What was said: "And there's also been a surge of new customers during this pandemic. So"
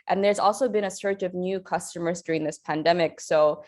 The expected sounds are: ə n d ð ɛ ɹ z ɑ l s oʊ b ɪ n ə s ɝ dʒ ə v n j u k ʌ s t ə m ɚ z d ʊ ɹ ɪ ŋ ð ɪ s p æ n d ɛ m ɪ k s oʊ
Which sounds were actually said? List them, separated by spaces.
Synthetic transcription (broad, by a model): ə n ð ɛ ɹ z ɑ l s oʊ b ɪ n ə s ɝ tʃ ə v n j u k ʌ s t ə m ɚ z d ʊ ɹ ɪ ŋ ð ɪ s p æ n d ɛ m ɪ k s oʊ